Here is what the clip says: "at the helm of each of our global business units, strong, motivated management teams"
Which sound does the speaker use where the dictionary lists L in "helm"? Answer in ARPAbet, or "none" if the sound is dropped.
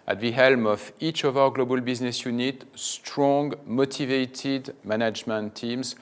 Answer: L